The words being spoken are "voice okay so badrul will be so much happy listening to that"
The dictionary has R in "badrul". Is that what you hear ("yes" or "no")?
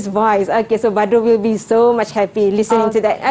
no